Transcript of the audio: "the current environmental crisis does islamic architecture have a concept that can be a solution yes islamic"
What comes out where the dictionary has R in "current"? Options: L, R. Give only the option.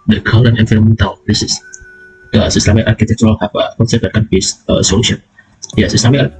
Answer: L